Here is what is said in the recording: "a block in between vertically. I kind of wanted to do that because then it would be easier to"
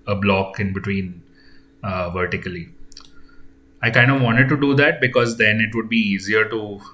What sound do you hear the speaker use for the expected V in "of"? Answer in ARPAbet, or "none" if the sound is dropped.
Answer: V